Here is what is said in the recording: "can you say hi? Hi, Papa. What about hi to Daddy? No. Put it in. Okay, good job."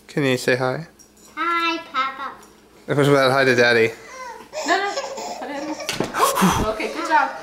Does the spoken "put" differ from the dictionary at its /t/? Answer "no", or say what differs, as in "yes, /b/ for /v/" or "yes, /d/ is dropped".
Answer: yes, /t/ is dropped